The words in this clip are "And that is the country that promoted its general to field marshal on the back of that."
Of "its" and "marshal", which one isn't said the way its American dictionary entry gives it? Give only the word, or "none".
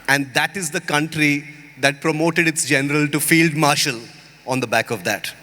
none